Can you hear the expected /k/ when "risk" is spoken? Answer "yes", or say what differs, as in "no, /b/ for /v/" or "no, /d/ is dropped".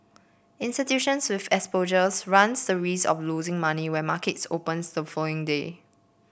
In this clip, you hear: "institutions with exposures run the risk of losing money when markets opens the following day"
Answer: no, /k/ is dropped